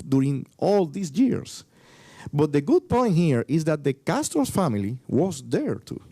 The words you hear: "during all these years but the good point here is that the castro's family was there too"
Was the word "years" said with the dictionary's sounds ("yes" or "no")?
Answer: no